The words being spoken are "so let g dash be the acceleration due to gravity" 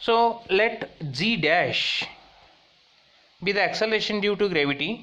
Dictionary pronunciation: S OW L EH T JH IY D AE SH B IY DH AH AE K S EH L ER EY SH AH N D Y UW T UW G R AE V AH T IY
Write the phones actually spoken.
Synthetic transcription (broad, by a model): S OW L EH T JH IY D AE SH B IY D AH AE K S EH L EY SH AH N D Y UW T UW G R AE V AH T IY